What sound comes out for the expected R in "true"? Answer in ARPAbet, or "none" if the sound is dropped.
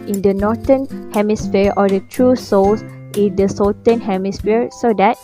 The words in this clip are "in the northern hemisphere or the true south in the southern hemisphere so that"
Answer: R